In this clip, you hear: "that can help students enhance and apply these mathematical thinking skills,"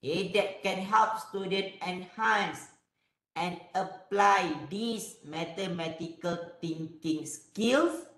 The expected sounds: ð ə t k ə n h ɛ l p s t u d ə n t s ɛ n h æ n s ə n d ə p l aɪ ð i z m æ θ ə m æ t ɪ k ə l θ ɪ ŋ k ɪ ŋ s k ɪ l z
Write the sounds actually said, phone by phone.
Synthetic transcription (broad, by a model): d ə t k ə n h ɛ l p s t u d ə n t ɛ n h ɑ n s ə n ə p l aɪ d i s m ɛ t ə m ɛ t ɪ k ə l t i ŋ k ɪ ŋ s k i l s